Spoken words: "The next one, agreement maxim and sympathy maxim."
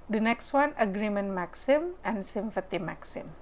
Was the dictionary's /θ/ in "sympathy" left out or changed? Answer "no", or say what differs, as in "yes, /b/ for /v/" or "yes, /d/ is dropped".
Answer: yes, /t/ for /θ/